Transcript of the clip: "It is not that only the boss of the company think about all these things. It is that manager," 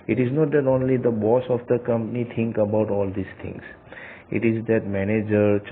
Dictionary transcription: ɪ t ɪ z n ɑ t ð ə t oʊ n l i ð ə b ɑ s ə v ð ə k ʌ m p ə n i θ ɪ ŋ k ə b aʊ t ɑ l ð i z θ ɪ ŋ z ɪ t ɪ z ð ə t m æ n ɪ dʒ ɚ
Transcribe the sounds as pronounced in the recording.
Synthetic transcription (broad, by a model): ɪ t ɪ z n ɑ t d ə t oʊ n l i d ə b ɑ s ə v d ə k ʌ m p ə n i t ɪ ŋ k ə b aʊ t ɑ l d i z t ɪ ŋ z ɪ t ɪ z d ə t m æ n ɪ dʒ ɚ